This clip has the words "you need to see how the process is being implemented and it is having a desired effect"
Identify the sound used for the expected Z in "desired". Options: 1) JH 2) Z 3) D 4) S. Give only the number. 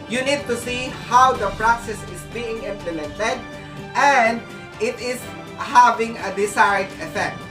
4